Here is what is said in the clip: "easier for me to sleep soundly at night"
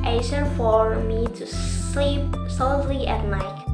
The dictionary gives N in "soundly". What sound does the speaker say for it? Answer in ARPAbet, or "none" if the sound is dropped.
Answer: L